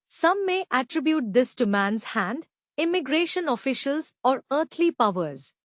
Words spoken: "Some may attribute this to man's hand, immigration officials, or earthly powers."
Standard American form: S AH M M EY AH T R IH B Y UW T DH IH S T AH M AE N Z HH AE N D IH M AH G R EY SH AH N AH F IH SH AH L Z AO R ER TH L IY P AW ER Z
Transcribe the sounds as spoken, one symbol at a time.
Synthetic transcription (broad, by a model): S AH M M EY AH T R IH B Y UW T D IH S T AH M AE N Z HH AE N D IH M AH G R EY SH AH N AH F IH SH AH L Z AO R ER T L IY P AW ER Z